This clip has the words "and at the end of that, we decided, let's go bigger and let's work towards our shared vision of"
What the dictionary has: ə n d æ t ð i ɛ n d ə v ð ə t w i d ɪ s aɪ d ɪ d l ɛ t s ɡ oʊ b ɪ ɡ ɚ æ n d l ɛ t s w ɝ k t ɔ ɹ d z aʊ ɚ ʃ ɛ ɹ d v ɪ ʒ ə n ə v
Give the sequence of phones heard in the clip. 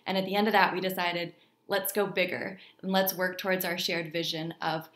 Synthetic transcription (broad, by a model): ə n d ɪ t ð i ɛ n d ə v ð ə t w i d ɪ s aɪ d ɪ d l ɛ t s ɡ oʊ b ɪ ɡ ɚ n l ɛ t s w ɝ k t ɔ ɹ d z aʊ ɚ ʃ ɛ ɹ d v ɪ ʒ ə n ə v